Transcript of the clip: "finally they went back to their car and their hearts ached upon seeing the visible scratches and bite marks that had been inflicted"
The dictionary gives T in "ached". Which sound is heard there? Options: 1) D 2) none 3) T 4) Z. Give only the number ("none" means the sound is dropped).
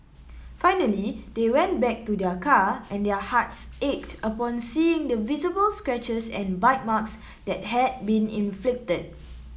3